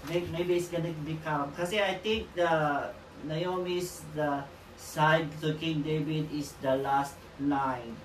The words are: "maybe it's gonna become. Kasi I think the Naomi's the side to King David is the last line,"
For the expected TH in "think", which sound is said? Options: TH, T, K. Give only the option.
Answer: T